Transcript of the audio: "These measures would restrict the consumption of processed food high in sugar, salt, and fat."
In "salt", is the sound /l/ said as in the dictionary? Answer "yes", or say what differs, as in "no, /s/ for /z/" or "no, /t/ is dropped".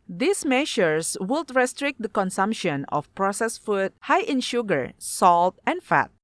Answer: yes